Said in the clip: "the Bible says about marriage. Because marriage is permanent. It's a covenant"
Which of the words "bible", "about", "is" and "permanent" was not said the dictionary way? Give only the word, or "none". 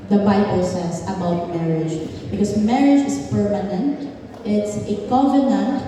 is